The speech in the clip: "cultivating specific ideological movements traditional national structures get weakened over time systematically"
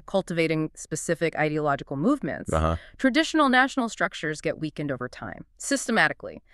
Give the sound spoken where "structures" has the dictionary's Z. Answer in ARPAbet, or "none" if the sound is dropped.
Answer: Z